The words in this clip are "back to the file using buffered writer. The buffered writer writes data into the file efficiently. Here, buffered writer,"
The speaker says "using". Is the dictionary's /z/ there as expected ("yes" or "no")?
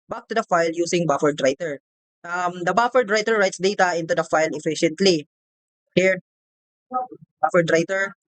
no